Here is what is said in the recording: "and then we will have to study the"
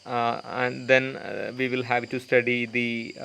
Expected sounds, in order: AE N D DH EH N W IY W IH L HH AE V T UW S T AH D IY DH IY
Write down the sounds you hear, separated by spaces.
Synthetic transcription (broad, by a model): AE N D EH N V IY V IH L HH AE V T UW S T AH D IY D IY